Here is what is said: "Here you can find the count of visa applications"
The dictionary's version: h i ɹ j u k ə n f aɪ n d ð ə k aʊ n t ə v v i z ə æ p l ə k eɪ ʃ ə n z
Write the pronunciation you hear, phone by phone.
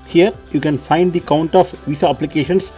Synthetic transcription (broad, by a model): h i ɹ j u k ə n f aɪ n d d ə k aʊ n t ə f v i s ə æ p l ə k eɪ ʃ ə n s